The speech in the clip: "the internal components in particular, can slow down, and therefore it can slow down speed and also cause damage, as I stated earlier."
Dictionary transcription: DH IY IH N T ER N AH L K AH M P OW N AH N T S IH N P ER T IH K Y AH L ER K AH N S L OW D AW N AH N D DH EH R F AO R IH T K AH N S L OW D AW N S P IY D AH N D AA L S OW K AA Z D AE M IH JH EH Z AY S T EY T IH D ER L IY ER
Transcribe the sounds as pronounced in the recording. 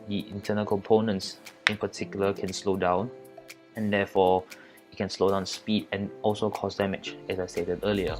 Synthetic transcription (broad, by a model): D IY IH N T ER N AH L K AH M P OW N AH N T S IH N P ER T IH K Y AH L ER K AH N S L OW D AW N AH N D EH F AO IH T K AH N S L OW D AW N S P IY D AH N AA L S OW K AA S D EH M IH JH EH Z AY S T EY T IH D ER L IY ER